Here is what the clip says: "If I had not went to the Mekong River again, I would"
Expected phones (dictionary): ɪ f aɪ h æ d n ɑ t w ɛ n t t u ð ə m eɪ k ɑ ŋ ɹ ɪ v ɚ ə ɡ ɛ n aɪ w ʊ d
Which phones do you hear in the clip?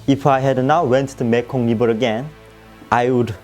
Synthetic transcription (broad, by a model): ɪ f aɪ h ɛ d n ɑ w w ɛ n t t u m eɪ k ɑ ŋ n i b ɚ ə ɡ ɛ n aɪ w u d